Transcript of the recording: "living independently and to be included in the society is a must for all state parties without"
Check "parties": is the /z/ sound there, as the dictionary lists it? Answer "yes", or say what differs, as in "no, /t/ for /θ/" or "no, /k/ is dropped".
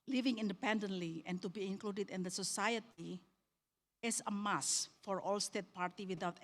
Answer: no, /z/ is dropped